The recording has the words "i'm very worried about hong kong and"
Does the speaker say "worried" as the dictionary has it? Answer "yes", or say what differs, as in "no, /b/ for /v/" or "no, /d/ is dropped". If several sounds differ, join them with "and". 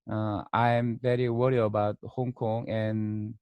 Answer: no, /d/ is dropped